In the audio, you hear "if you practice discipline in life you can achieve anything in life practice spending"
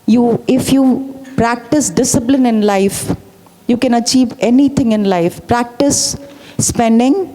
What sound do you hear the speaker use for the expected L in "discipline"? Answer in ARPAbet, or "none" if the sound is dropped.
L